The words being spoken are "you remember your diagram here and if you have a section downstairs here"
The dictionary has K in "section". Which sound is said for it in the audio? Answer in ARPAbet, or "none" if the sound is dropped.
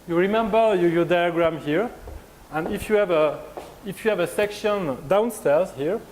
K